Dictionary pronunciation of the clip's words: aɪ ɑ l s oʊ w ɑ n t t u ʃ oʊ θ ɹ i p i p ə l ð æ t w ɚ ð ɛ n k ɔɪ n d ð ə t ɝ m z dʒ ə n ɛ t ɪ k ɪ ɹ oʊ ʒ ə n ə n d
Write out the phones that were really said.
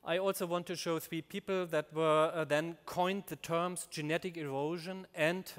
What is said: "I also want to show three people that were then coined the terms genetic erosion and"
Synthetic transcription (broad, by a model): aɪ ɑ l s oʊ w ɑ n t t u ʃ oʊ θ ɹ i p i p l ð æ t w ɚ ð ɛ n k ɔɪ n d ð ə t ɝ m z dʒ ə n ɛ t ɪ k ɪ ɹ oʊ ʒ ə n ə n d